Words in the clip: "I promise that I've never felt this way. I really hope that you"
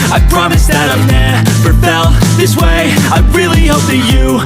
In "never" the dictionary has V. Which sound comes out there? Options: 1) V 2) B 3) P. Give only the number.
3